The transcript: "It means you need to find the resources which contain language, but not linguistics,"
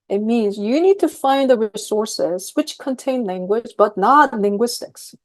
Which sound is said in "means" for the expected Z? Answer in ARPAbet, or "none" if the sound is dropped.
Z